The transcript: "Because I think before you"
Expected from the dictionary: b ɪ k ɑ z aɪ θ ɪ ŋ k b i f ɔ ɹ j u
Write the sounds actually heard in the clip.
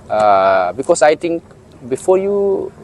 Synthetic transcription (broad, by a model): b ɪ k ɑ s aɪ t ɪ ŋ k b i f ɔ j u